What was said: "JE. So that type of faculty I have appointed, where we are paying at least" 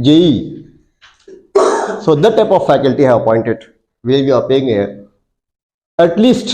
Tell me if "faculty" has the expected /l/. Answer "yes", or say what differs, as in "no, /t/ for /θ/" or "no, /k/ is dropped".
yes